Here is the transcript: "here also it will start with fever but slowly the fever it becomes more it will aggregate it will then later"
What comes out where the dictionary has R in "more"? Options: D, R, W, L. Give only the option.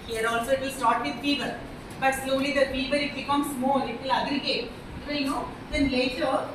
L